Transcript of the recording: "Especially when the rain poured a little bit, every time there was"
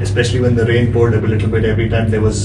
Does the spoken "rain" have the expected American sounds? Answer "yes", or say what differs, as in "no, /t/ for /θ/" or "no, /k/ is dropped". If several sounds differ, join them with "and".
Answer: yes